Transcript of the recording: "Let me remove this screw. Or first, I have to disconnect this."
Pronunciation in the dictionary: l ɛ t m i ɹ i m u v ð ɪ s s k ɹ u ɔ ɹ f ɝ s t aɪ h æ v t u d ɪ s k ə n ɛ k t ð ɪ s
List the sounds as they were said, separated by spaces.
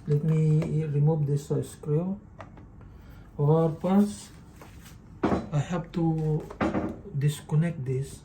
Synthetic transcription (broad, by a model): l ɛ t m i ɹ i m u v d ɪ s s k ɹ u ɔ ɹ p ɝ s aɪ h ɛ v t u d ɪ s k ə n ɛ k t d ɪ s